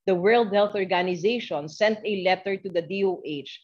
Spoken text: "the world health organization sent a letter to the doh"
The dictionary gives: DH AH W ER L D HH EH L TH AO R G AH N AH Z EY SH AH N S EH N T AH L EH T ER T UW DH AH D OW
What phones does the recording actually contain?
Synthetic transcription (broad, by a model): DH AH W ER L D HH EH L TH AO R G AH N AH Z EY SH AH N S EH N T AH L EH T ER T UW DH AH D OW